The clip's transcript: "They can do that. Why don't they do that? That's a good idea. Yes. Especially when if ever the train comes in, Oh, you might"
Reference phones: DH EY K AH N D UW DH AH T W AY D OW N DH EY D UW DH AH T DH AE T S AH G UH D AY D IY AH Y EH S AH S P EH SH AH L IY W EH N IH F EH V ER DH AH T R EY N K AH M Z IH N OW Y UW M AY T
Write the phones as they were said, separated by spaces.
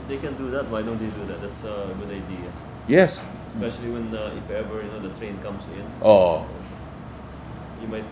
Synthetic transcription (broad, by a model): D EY K AH N D UW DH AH T W AY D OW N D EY D UW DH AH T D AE T S AH G UH D AY D IY AH Y EH S AH S P EH SH AH L IY W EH N IH F EH V ER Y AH T R EY N K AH M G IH N OW Y UW M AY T